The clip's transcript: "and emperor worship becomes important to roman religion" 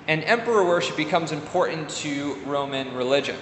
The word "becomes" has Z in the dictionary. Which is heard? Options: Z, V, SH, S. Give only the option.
Z